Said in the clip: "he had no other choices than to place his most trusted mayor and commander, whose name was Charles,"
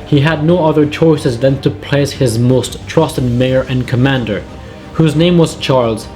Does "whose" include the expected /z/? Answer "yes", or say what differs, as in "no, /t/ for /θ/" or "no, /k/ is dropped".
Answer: yes